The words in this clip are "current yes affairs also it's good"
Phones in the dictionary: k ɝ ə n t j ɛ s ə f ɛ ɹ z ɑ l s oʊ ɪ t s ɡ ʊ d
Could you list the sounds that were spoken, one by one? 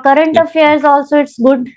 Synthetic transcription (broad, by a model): k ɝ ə n t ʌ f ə ʌ ɹ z ɑ l s oʊ ɪ t s ɡ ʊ d